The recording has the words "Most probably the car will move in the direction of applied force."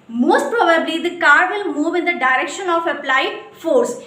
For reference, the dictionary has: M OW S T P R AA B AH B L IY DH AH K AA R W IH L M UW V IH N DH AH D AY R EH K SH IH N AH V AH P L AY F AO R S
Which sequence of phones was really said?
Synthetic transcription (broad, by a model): M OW S T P R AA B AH B L IY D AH K AA R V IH L M UW V IH N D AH D AY R EH K SH IH N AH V AH P L AY F AO R S